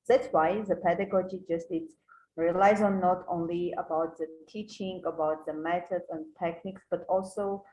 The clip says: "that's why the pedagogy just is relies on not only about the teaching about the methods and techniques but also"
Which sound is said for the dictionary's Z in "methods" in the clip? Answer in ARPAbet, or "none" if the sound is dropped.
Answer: none